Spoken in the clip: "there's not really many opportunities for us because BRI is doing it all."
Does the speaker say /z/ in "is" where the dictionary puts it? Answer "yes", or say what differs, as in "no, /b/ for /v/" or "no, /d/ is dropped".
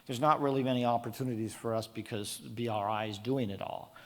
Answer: yes